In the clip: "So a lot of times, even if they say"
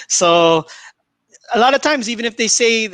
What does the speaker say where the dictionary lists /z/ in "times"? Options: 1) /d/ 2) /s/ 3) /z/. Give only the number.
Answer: 3